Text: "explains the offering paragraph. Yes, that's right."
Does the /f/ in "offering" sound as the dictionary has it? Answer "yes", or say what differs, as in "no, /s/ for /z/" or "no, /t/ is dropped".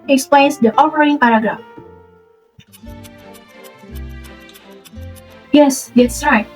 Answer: no, /p/ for /f/